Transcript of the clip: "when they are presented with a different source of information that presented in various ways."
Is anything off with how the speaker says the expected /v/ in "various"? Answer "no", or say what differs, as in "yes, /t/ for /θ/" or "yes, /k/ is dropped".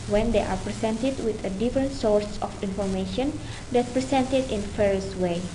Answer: yes, /f/ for /v/